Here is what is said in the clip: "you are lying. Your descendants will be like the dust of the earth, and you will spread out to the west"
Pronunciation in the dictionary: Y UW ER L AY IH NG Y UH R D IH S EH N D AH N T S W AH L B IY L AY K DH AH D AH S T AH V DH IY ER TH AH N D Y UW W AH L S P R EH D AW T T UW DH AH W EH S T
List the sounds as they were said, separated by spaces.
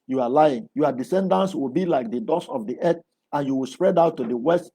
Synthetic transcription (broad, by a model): Y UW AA L AY IH NG Y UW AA D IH S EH N D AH N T S W AH L B IY L AY K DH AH D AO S AH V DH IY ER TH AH N Y UW W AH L S P R EH D AW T T UW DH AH W EH S T